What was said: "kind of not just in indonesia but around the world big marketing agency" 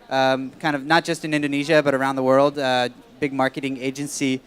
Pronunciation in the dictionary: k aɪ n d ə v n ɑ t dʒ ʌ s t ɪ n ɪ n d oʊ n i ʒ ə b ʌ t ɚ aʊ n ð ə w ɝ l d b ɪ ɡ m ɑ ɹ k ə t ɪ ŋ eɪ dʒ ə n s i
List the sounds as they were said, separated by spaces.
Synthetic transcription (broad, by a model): k aɪ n d ə v n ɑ t dʒ ʌ s t ɪ n ɪ n d oʊ n i ʒ ə b ʌ t ɚ aʊ n ð ə w ɝ l d b ɪ ɡ m ɑ ɹ k ə t ɪ ŋ eɪ dʒ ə n s i